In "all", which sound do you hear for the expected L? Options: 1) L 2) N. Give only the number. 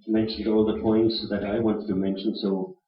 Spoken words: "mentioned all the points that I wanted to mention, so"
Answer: 1